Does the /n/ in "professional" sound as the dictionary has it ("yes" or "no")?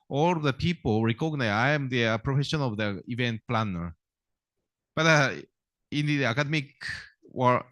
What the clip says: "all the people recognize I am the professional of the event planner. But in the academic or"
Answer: no